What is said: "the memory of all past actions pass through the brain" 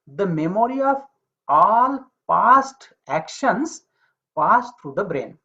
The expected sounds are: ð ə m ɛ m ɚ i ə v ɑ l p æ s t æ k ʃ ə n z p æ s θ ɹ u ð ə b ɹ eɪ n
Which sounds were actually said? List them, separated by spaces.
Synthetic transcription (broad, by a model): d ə m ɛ m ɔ i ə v ɑ l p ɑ s t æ k ʃ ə n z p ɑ s t ɹ u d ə b ɹ eɪ n